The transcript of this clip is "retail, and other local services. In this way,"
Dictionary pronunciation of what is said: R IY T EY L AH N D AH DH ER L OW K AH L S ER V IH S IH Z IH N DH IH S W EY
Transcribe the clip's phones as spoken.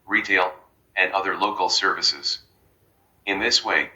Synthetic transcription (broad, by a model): R IY T EY L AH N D AH DH ER L OW K L S ER V IH S IH Z IH N DH IH S W EY